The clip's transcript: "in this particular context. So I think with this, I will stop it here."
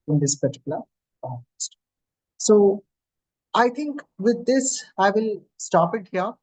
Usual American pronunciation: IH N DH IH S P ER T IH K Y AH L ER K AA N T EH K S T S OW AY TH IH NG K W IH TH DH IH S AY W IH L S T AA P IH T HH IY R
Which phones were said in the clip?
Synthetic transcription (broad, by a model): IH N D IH S P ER T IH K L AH ER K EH S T S OW AY T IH NG K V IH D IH S AY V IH L S T AA P IH T HH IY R